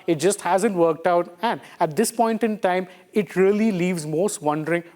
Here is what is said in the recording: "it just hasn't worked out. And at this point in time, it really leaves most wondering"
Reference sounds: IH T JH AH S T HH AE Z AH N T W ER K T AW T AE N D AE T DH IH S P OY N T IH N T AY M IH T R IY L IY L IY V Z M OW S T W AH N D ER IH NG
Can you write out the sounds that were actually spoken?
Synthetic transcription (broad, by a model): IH T JH AH S T HH AE Z AH N T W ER K T AW T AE N D AE T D IH S P OY N T IH N T AY M IH T R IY L IY L IY V Z M OW S T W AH N D ER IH NG